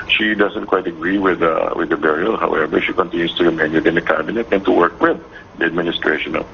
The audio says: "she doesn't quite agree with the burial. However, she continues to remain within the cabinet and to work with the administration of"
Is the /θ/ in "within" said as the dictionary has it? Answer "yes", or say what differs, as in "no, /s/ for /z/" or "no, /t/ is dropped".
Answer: no, /t/ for /θ/